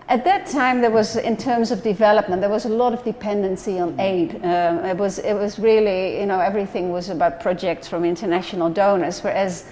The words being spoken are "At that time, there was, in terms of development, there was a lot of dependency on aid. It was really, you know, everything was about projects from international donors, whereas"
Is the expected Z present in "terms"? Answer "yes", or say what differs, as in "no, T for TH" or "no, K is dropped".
yes